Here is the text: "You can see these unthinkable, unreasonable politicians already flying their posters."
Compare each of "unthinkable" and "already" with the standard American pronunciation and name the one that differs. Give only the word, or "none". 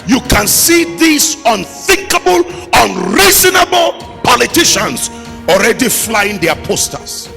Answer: none